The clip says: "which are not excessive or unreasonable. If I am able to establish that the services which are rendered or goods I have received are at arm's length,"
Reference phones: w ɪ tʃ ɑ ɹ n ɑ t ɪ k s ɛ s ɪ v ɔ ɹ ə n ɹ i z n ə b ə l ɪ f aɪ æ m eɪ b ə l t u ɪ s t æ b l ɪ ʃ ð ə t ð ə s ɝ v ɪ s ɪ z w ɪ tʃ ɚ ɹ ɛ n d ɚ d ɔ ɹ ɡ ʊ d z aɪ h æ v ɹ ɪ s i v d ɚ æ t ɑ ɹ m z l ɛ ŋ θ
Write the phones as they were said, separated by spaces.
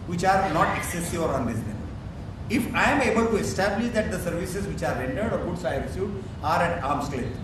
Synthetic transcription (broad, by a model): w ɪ tʃ ɑ ɹ n ɑ t ɪ k s ɛ s ɪ v ɔ ɹ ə n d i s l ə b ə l ɪ f aɪ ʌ m eɪ b ə l t u ɪ s t æ b l ɪ ʃ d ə t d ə s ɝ v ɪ s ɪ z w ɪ tʃ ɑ ɹ ɛ n d ɚ d ɔ ɹ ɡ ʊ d s aɪ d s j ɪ ɑ d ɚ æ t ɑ ɹ m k l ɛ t